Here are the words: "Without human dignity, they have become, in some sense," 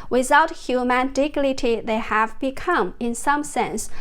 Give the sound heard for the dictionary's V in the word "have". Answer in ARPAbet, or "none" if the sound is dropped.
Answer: V